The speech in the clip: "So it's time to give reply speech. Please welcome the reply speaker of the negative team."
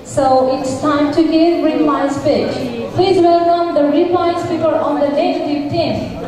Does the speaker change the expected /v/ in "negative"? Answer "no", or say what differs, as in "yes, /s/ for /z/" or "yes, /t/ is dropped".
yes, /f/ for /v/